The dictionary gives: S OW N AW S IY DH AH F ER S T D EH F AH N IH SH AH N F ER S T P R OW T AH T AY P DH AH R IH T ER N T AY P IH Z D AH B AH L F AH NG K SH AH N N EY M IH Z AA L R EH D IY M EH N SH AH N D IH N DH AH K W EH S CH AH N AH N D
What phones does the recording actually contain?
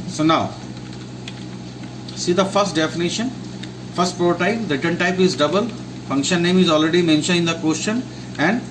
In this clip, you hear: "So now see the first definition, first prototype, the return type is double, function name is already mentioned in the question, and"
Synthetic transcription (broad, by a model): S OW N AW S IY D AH F ER S T D EH F AH N IH SH AH N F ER S T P R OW T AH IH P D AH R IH T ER N T AY P IH Z D AH B AH L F AH NG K SH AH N N EY M IH Z AA L R EH D IY M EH N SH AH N IH N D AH K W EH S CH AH N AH N D